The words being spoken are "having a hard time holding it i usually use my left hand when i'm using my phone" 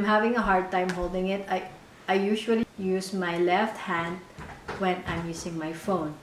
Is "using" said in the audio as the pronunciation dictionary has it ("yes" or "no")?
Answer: no